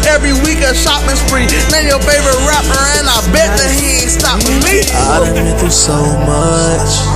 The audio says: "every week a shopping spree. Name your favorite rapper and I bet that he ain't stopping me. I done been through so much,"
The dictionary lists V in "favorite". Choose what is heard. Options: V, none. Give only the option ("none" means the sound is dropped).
V